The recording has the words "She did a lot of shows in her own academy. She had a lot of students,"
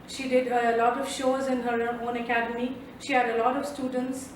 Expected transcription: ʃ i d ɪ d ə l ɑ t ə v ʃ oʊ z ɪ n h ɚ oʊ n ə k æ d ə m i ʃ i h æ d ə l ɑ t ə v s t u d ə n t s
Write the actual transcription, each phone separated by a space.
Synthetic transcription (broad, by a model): ʃ i d ɪ d ə l ɑ t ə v ʃ oʊ z ɪ n h ɚ oʊ n ə k æ d ə m i ʃ i h æ d ə l ɑ t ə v s t u d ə n t s